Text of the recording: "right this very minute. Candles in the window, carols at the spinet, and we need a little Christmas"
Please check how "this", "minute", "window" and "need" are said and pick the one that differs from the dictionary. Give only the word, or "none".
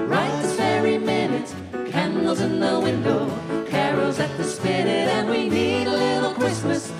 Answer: this